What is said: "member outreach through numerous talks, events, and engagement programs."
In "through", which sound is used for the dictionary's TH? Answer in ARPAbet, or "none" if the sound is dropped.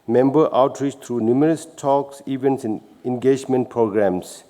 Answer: T